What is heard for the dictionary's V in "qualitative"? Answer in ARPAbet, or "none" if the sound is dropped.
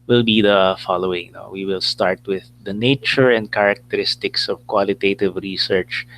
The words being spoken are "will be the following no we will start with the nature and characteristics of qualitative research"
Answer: V